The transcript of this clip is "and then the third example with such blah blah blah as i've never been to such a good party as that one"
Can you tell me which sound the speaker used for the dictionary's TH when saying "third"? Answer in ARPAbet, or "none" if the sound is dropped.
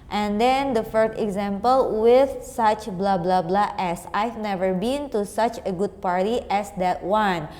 F